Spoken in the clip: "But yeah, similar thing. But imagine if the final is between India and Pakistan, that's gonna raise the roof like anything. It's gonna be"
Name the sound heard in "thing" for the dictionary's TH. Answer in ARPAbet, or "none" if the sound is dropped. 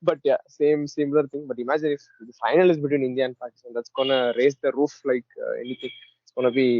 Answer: T